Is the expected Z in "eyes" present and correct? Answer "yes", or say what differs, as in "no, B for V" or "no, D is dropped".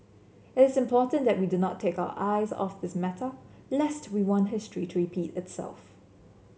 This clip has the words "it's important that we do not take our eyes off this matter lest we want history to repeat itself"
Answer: yes